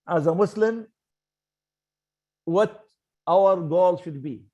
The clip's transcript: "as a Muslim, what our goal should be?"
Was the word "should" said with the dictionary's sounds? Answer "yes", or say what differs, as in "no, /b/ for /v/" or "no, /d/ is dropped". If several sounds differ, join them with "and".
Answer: yes